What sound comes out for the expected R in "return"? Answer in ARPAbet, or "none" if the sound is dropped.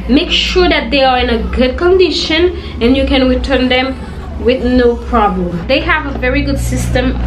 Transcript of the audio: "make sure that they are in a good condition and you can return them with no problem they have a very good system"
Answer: R